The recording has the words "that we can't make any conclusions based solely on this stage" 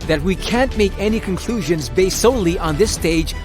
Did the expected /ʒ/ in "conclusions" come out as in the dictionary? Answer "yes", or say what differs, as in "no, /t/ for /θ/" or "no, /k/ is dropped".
yes